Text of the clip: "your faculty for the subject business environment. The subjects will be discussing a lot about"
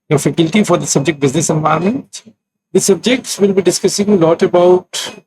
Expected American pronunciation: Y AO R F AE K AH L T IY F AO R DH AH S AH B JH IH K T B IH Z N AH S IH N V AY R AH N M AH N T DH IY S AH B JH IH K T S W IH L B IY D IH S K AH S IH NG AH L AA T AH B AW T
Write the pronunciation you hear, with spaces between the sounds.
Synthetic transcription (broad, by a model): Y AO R F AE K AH L T IY F AO R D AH S AH B JH IH K T B IH Z N AH S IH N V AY AH M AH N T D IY S AH B JH IH K T S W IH L B IY D IH S K AH S IH NG AH L AA T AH B AW T